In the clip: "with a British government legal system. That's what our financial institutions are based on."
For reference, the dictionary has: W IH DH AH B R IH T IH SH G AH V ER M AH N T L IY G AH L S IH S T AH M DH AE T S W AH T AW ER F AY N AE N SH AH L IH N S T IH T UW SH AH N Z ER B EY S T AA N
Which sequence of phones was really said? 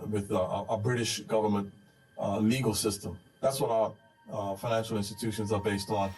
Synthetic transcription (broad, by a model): W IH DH AH B R IH T IH SH G AH V ER M AH N T L IY G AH L S IH S T AH M DH AE T S W AH T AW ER F AY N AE N SH L IH N S T IH T UW SH AH N Z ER B EY S T N